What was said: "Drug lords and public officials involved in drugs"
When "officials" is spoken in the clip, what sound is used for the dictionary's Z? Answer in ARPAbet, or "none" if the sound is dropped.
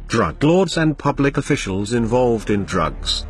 Z